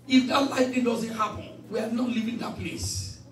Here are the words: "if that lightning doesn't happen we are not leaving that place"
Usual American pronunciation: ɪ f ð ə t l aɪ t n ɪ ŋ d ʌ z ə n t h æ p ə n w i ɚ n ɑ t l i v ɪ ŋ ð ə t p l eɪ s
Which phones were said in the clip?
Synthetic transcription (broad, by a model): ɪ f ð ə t l aɪ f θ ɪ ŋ d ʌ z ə n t h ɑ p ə n w i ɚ n ɑ t l i v ɪ ŋ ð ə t p l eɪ s